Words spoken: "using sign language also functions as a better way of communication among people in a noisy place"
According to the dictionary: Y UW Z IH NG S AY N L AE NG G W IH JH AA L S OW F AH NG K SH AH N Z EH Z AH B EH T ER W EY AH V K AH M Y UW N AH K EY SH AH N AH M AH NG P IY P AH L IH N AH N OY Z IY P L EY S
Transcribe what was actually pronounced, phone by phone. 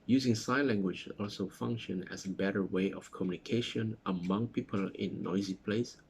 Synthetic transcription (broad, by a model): Y UW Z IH NG S AY L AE NG G W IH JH AA L S OW F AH NG K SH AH N EH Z AH B EH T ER W EY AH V K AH M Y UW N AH K EY SH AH N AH M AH NG P IY P AH L IH N AH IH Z IY P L EY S